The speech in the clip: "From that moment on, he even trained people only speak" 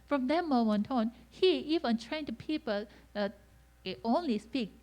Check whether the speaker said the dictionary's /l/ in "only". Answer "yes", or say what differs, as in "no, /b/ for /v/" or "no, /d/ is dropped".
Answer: yes